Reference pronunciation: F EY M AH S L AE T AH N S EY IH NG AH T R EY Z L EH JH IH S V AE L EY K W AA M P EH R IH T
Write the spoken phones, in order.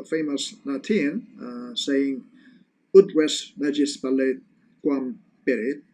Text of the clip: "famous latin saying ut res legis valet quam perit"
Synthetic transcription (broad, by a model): F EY M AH S N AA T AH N S EY IH NG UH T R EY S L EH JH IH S P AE L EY K W AA M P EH R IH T